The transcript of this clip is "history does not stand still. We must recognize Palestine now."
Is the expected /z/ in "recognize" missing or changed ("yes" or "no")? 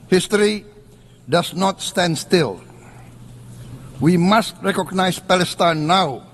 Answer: yes